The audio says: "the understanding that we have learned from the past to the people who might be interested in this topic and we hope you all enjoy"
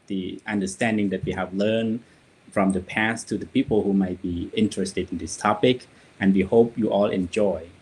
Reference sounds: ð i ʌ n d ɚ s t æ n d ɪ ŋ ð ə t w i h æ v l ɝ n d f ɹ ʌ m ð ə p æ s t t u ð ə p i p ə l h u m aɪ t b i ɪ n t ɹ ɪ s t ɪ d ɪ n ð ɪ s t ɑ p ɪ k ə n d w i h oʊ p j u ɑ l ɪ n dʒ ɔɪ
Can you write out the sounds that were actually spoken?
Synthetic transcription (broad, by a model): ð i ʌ n d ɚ s t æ n d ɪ ŋ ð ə t w i h æ v l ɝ n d f ɹ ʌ m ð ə p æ s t t u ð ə p i p ə l h u m aɪ t b i ɪ n t ɹ ɪ s t ɪ d ɪ n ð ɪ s t ɑ p ɪ k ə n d w i h oʊ p j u ɑ l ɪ n dʒ ɔɪ